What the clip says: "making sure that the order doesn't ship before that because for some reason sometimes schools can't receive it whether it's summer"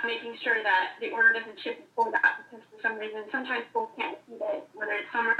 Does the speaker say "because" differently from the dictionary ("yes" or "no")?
yes